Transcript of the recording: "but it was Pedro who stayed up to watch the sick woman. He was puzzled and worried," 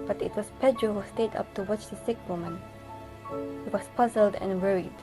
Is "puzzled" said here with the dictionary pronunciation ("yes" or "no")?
yes